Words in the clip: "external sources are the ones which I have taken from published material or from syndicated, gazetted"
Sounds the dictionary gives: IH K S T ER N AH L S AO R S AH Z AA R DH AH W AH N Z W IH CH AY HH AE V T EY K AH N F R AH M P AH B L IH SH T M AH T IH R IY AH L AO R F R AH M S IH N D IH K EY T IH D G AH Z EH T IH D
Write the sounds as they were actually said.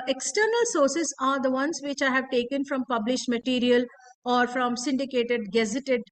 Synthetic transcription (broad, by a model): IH K S T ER N AH L S AO R S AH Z AA R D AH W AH N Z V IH CH AY HH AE V T EY K AH N F R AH M P AH B L IH SH T M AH T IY R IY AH L AO R F R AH M S IH N D IH K EY T IH D G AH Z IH T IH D